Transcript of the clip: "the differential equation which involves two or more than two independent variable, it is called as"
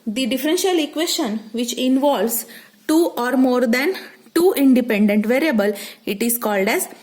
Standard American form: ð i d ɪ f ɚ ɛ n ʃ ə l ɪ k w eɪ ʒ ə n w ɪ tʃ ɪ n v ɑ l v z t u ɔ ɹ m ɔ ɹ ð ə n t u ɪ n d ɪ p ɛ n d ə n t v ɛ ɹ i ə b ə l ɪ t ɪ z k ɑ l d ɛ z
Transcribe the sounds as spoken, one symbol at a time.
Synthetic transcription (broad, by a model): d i d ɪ f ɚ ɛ n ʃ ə l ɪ k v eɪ ʃ ə n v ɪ tʃ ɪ n v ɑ l v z t u ɔ ɹ m ɔ ɹ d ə n t u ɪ n d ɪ p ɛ n d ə n t v ɛ ɹ i ə b ə l ɪ t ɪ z k ɑ l d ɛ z